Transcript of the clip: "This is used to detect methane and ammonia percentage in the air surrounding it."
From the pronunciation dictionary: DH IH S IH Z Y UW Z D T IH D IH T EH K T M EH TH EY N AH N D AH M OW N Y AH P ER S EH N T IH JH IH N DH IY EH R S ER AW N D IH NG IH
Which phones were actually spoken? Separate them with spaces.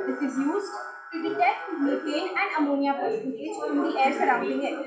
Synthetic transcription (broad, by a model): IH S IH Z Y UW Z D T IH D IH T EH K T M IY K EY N AH N D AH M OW N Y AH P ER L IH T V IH CH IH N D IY EH R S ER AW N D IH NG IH